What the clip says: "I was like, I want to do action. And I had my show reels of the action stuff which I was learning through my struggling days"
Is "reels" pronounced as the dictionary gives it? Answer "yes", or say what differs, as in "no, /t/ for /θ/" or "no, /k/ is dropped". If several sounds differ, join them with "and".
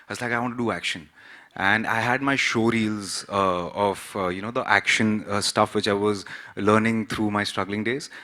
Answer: yes